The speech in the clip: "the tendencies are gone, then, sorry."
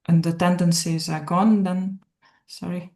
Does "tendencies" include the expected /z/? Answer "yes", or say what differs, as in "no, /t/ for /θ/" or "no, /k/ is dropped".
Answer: yes